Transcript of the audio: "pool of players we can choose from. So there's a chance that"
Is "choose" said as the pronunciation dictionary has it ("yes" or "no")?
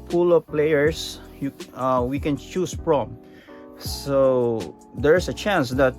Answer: no